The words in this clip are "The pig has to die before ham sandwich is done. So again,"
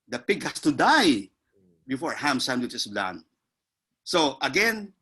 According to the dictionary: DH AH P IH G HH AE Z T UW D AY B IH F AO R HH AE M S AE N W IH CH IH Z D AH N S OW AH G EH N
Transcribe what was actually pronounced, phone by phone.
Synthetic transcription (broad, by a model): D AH P IH G HH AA S T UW D AY B IH F AO R HH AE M S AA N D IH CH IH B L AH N S OW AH G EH N